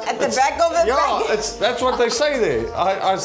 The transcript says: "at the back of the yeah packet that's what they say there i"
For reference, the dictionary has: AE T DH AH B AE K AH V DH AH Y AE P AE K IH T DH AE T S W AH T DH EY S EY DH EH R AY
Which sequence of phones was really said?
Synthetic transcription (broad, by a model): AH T DH AH B AE K AH V DH AH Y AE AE IH T DH AE T S W AH T DH EY S EY DH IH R AY